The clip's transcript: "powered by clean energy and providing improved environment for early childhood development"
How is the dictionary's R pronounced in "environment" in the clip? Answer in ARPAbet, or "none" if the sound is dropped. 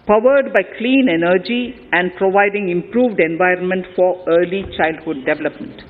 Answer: R